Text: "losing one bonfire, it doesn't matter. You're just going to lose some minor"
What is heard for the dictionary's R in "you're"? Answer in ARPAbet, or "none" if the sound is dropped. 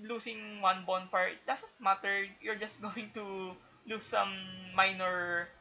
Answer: R